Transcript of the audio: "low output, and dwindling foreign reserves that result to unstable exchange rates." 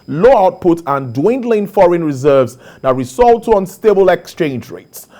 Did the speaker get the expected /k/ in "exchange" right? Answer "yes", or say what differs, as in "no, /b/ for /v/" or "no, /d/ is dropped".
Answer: yes